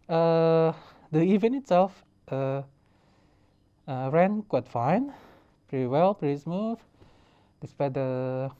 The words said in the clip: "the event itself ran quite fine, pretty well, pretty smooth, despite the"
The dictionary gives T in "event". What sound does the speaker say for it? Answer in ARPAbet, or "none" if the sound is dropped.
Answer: none